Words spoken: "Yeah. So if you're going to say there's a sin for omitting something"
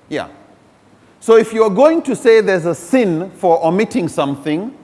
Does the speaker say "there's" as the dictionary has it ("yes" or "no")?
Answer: yes